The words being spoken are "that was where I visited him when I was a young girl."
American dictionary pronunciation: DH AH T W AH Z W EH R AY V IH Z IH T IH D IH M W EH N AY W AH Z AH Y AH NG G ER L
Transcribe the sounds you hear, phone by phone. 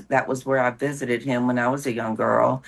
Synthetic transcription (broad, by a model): DH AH T W AH Z W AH R AY V IH Z IH T IH D IH M W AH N AY W AH Z AH Y AH NG G ER L